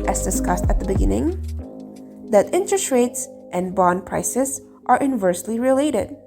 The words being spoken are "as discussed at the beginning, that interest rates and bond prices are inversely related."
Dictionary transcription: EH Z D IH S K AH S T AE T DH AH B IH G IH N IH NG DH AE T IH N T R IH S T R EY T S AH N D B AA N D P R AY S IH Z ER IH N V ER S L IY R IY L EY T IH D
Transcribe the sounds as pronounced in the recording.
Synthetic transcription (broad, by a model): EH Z D IH S K AH S T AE T DH AH B IH G IH N IH NG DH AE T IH N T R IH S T R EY T S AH N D B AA N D P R AY S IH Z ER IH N V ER S L IY R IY L EY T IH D